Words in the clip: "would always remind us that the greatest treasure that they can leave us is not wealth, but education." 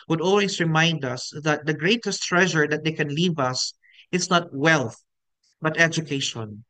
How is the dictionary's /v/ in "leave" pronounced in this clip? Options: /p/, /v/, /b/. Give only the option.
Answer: /v/